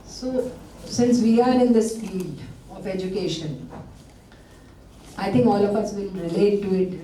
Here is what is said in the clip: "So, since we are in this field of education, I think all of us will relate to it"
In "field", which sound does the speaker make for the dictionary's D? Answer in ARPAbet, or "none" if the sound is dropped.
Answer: none